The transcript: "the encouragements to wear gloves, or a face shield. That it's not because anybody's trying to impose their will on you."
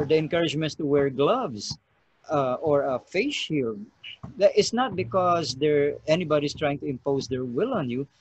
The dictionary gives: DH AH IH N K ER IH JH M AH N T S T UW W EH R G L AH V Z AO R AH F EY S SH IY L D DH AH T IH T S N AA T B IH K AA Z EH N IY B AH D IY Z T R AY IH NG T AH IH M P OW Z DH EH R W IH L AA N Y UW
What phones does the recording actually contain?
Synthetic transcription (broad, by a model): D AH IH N K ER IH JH M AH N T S T UW W EH R G L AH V S AO R AH F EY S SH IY L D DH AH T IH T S N AA T B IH K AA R EH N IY B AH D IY S T R AY IH NG T AH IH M P OW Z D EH R W IH L AA N Y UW